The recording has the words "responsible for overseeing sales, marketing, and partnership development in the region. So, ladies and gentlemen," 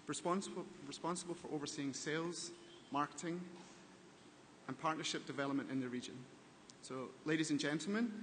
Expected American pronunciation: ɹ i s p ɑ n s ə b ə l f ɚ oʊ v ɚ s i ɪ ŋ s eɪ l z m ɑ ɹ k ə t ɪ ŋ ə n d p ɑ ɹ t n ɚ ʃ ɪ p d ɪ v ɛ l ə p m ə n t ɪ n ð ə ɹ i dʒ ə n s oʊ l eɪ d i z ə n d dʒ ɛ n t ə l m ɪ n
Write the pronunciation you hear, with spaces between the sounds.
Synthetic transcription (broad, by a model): ɹ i s p ɑ n s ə b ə l f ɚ oʊ v ɚ s i ɪ ŋ s eɪ l z m ɑ ɹ k ə t ɪ ŋ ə n p ɑ ɹ t n ɚ ʃ ɪ p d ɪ v ɛ l ə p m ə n t ɪ n ð ə ɹ i dʒ ə n s oʊ l eɪ d i z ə n dʒ ɛ n t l m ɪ n